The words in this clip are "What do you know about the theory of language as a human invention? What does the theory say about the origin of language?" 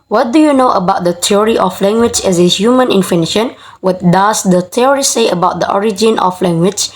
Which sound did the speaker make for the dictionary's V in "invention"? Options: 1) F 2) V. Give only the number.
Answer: 1